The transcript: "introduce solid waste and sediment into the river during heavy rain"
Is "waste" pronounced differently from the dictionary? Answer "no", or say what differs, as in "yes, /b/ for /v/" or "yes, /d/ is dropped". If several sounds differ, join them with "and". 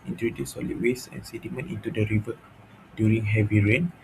yes, /t/ is dropped